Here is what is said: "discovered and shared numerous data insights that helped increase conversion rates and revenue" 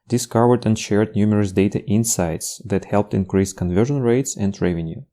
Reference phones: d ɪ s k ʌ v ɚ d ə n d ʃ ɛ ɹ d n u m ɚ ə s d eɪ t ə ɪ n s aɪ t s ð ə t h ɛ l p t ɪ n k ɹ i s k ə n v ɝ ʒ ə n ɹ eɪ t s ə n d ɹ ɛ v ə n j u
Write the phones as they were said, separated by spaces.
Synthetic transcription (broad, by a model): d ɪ s k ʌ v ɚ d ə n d ʃ ɛ ɹ d n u m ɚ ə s d eɪ t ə ɪ n s aɪ t s ð ə t h ɛ l p t ɪ n k ɹ i s k ə n v ɝ ʒ ə n ɹ eɪ t s ə n d ɹ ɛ v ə n j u